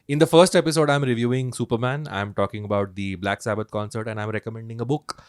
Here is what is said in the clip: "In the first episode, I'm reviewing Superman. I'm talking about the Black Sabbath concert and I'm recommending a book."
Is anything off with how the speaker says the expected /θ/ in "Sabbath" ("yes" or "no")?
yes